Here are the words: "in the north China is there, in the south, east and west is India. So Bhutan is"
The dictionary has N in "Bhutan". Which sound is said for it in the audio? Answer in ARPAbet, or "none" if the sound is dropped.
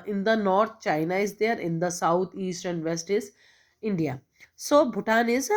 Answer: N